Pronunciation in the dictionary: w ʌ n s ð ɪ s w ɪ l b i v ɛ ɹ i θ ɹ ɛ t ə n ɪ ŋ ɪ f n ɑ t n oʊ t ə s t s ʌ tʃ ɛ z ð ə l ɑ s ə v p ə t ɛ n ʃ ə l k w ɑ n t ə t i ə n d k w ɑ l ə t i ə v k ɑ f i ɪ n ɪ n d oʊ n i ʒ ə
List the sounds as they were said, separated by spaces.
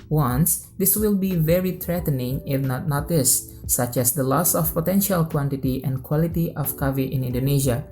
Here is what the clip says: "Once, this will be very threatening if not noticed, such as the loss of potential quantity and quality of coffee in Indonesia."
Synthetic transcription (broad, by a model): w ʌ n s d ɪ s w ɪ l b i v ɛ ɹ i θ ɹ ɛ t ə n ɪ ŋ ɪ f n ɑ t n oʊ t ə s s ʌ tʃ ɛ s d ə l ɑ s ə f p ə t ɛ n ʃ ə l k w ɑ n t ə t i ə n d k w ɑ l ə t i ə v k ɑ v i ɪ n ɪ n d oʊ n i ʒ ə